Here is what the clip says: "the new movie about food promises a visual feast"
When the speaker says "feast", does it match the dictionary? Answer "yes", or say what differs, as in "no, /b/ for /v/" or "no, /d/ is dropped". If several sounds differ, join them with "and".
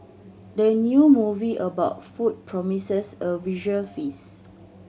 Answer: no, /t/ is dropped